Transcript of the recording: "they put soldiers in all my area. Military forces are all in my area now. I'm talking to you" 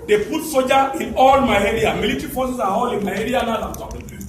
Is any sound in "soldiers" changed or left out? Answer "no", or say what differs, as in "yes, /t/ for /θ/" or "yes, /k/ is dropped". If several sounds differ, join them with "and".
yes, /l/ is dropped and /z/ is dropped